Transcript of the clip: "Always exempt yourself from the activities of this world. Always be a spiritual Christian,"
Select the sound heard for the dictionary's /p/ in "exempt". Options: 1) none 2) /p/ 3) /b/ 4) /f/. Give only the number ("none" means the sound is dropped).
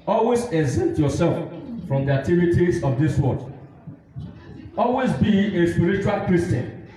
1